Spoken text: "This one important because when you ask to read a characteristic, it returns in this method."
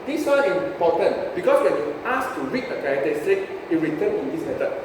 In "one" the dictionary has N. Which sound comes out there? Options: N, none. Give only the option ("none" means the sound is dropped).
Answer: none